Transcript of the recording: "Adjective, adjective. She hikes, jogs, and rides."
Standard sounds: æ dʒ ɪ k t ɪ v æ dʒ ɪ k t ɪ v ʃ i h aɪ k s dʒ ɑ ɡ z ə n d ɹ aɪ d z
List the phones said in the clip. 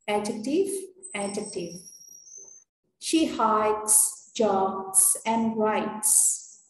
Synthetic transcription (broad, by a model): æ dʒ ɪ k t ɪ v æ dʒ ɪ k t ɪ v ʃ i h aɪ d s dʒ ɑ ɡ s ə n d ɹ aɪ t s